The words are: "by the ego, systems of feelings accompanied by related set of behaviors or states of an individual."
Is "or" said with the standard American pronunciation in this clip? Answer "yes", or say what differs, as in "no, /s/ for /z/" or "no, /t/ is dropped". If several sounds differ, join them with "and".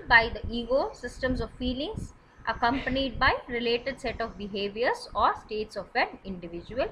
yes